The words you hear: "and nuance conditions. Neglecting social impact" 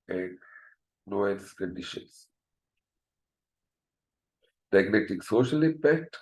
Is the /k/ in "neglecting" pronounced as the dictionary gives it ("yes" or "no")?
no